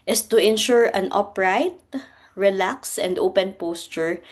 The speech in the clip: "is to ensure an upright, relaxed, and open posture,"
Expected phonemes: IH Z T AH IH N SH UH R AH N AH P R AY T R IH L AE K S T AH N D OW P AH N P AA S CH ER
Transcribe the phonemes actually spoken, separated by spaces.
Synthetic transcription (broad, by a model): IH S T AH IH N SH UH R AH N AH P R AY T R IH L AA K S AH N D OW P AH N P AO S CH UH